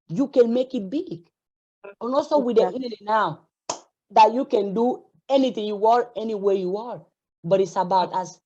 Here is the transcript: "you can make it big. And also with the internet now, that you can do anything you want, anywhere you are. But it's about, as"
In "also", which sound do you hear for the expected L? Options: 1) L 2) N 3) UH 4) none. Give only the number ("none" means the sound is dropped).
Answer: 4